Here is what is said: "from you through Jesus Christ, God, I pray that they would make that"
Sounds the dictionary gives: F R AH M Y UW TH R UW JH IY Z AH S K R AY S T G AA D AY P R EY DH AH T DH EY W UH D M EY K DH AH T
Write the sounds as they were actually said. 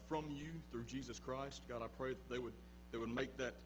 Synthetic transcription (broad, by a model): F R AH M Y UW TH R UW JH IY Z AH S K R AY S T G AA D AY P R EY DH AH T DH EY W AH D M EY K DH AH T